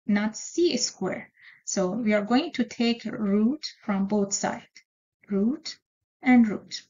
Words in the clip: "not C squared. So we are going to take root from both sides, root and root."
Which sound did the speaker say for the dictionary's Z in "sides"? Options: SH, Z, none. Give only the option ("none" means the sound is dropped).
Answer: none